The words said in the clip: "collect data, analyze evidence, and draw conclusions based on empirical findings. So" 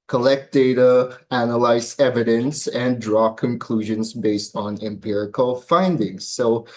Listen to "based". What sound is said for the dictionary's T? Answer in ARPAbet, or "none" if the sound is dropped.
T